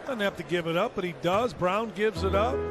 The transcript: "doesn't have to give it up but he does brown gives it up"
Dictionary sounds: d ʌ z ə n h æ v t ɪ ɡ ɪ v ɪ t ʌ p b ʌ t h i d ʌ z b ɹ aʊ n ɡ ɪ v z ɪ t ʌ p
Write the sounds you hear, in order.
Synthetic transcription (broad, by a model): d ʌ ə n h æ f t ɪ ɡ ɪ v ɪ t ʌ p b ʌ t h i d ʌ z b ɹ aʊ n ɡ ɪ v z ɪ t ʌ p